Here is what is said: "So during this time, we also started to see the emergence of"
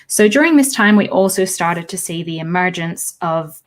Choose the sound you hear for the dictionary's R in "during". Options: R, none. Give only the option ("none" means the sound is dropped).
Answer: R